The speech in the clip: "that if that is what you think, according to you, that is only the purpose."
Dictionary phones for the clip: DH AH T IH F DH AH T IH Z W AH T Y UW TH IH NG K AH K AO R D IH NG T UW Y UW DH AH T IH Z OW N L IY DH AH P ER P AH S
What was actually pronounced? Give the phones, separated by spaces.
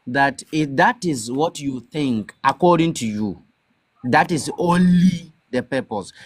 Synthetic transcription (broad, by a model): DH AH T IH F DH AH T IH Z W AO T Y UW TH IH NG K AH K AO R D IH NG T UW Y UW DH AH T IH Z OW N L IY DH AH P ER P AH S